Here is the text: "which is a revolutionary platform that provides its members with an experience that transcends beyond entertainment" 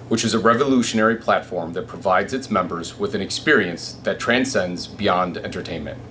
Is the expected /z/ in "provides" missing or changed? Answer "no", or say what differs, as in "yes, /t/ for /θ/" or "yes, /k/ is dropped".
no